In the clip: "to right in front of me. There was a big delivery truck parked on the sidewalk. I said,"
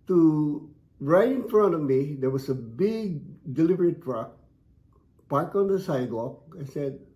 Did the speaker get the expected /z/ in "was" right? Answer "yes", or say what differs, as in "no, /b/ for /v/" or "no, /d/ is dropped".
no, /s/ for /z/